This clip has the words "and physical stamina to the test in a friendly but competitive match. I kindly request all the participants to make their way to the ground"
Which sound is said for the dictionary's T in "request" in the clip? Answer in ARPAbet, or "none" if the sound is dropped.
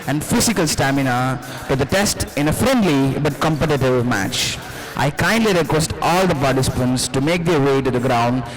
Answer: T